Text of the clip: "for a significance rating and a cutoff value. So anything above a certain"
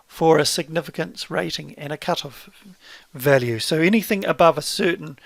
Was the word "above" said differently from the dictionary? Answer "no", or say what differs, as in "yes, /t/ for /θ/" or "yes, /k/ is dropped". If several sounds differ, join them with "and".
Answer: no